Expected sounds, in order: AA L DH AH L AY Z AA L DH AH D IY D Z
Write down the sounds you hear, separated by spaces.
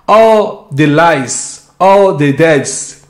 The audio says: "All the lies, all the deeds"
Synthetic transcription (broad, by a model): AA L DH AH L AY S AA L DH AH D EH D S